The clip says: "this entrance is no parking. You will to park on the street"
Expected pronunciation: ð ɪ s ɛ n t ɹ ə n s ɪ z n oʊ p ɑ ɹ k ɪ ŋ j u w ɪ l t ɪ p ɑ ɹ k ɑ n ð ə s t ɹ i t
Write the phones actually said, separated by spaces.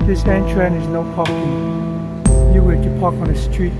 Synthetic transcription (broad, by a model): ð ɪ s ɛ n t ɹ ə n ɪ z n oʊ p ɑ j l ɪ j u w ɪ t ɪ p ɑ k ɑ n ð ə s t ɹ i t